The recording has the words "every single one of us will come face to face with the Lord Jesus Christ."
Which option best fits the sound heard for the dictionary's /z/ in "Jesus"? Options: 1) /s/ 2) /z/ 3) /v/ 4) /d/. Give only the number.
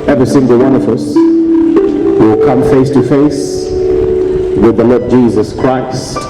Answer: 2